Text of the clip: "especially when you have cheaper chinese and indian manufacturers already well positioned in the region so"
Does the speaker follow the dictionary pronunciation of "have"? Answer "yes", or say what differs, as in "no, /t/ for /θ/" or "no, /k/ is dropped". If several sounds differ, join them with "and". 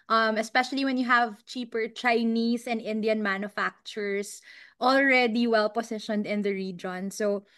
yes